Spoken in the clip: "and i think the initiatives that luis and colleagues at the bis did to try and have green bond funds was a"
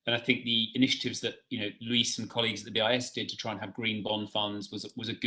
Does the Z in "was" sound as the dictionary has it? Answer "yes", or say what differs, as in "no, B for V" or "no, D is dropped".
yes